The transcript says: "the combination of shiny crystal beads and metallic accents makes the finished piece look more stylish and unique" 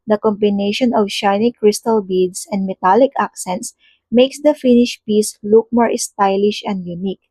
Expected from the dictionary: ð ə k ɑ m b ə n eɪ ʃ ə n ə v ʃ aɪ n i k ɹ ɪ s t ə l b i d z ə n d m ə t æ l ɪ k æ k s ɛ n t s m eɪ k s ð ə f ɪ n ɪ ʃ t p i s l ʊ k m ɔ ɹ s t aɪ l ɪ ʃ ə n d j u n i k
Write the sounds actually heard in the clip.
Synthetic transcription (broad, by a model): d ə k ɑ m b ə n eɪ ʃ ə n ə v ʃ aɪ n i k ɹ ɪ s t ə l b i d s ə n d m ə t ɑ l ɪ k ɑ k s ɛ n t s m eɪ k s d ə f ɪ n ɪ ʃ p i s l ʊ k m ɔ ɹ s t aɪ l ɪ ʃ ə n d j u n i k